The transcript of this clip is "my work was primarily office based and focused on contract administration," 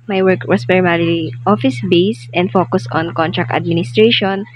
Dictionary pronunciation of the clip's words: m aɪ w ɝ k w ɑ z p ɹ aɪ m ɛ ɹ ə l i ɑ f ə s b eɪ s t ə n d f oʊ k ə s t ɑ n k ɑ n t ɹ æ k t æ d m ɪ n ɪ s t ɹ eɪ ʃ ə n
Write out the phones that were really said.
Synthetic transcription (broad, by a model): m aɪ w ɝ k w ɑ s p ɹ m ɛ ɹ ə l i ɑ f ə s b eɪ s t ə n d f oʊ k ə s ɑ n k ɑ n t ɹ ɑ k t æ d m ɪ n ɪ s t ɹ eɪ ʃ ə n